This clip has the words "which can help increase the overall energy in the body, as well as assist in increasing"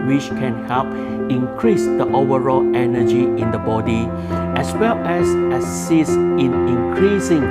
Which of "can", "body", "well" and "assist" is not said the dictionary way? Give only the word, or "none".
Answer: assist